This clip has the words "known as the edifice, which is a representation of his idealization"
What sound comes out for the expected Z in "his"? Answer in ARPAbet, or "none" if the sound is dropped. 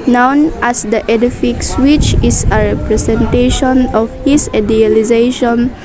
S